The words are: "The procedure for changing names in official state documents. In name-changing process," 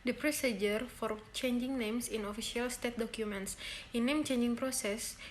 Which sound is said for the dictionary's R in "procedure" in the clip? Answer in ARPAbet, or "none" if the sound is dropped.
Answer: R